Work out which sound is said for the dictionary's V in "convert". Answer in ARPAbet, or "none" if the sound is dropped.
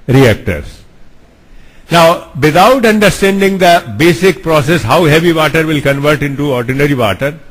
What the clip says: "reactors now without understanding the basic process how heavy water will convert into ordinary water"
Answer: V